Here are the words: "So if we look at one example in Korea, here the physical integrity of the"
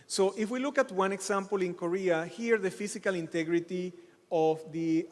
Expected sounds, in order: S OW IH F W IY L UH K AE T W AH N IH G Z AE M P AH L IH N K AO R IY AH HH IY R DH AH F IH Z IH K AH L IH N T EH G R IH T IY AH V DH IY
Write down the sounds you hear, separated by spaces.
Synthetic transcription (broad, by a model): S OW IH F W IY L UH K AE T W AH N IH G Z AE M P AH L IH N K AO R IY AH HH IY R DH AH F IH S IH K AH L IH N T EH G R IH T IY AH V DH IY